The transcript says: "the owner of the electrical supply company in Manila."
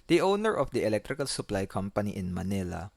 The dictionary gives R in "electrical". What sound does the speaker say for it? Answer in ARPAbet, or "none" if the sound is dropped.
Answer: R